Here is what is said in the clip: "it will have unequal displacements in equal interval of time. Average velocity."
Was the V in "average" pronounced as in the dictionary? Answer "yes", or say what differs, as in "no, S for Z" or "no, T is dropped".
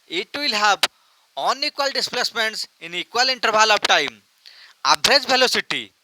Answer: no, B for V